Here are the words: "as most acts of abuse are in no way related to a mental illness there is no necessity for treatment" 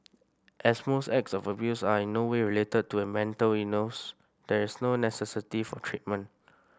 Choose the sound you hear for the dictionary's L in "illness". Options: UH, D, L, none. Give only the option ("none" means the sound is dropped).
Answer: none